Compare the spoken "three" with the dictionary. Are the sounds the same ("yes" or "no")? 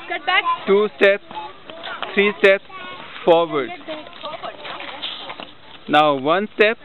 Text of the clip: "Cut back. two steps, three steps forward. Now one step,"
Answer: no